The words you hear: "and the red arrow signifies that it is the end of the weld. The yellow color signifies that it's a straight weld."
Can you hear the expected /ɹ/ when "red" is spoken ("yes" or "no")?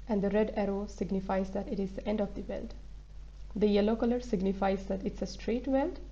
yes